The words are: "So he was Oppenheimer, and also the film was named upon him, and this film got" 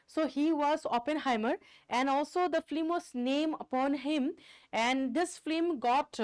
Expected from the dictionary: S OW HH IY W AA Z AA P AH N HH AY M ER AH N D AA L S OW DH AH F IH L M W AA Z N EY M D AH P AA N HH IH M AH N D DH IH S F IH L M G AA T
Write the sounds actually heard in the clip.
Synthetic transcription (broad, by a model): S OW HH IY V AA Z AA P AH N HH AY M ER AH N D AA L S OW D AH F L M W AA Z N EY M AH P AA N HH IH M AH N D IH S F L M G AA T